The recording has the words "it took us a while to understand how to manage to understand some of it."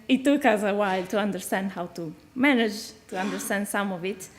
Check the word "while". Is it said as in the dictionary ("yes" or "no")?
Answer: yes